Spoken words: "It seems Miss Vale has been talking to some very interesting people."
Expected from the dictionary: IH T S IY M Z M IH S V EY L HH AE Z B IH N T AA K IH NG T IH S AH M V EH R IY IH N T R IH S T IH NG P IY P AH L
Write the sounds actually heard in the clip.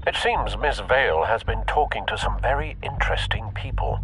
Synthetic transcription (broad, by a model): IH T S IY M Z M IH S V EY L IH Z B IH N T AA K IH NG T IH S AH M V EH R IY IH N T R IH S T IH NG P IY P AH L